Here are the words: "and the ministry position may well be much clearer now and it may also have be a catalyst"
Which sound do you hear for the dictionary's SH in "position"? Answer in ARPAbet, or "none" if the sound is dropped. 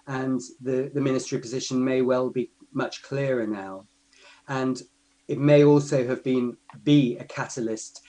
SH